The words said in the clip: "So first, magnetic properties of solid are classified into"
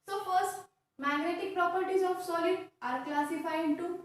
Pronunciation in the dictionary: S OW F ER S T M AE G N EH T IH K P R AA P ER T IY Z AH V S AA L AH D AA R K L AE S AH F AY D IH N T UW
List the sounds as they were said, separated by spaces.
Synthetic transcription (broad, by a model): S OW F ER S T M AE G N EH T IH K P R AA P ER T IY Z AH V S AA L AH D AA R K L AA S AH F AY IH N T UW